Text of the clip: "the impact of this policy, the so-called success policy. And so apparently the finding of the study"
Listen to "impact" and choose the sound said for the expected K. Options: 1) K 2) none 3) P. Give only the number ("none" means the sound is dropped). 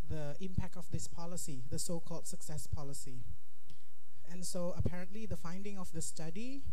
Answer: 1